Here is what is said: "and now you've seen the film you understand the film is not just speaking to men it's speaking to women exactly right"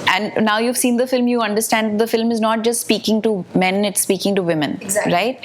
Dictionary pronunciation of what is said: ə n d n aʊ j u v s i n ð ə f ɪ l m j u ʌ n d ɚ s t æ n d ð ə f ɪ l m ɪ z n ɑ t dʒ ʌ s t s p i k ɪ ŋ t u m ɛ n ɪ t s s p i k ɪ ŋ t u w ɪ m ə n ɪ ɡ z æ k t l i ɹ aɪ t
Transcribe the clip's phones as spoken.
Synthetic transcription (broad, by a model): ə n d n aʊ j u v s i n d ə f ɪ l m j u ʌ n d ɚ s t æ n d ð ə f ɪ l m ɪ z n ɑ t dʒ ʌ s t s p i k ɪ ŋ t u m ɛ n ɪ t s s p i k ɪ ŋ t u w ɪ m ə n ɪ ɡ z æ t i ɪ t